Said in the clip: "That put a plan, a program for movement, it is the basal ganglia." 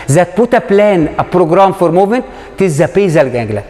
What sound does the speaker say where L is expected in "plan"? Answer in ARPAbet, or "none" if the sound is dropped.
L